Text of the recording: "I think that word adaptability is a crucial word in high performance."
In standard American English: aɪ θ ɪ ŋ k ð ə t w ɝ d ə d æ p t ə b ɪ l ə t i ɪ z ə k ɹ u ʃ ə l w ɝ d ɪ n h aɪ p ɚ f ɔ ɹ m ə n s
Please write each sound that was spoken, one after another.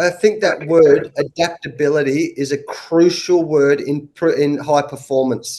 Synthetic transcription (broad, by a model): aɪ θ ɪ ŋ k ð ə t w ɝ d ə d æ p t ə b ɪ l ə t i ɪ z ə k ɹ u ʃ l w ɝ d ɪ n h aɪ p ɚ f ɔ ɹ m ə n s